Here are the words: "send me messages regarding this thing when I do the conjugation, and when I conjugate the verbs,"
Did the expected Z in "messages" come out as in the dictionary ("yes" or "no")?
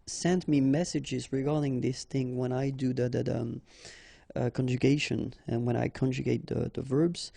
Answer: yes